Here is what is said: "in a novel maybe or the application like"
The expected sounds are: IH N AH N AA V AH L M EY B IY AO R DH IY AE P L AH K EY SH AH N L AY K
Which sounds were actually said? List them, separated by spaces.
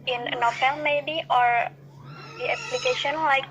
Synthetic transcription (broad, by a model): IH N AH N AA F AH L M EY B IY AO R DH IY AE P L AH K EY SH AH N L AY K